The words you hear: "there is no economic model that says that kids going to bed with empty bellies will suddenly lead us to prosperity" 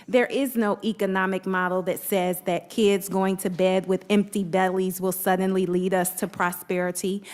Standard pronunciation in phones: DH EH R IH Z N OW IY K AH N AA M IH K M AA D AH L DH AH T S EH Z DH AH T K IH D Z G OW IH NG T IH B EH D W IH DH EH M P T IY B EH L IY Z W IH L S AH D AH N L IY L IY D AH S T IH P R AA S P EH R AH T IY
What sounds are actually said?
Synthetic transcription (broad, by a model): DH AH R IH Z N OW IY K AH N AA M IH K M AA D L DH AH T S EH Z DH AH T K IH D Z G OW IH NG T IH B EH D W IH DH EH M P T IY B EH L IY Z W IH L S AH D N L IY L IY D AH S T IH P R AA S P EH R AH T IY